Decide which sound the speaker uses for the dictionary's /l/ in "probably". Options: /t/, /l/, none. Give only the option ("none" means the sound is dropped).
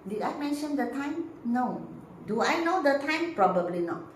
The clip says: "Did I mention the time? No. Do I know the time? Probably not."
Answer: /l/